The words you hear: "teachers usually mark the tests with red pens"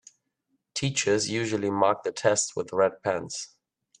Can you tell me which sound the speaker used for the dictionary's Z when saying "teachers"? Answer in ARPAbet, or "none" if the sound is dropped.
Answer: Z